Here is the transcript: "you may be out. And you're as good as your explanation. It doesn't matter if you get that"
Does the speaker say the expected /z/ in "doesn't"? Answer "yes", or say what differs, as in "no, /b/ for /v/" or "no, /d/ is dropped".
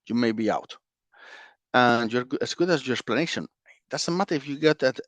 no, /s/ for /z/